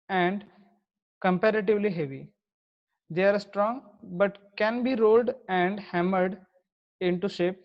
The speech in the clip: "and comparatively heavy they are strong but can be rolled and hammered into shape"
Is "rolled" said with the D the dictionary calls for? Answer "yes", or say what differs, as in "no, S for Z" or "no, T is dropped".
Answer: yes